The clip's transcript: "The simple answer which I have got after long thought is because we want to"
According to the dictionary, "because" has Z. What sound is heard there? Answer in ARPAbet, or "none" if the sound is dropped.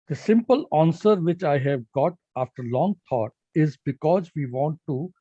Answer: Z